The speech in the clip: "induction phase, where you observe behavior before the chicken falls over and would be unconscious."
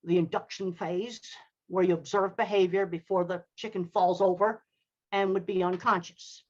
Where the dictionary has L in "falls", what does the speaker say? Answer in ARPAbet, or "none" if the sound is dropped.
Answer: L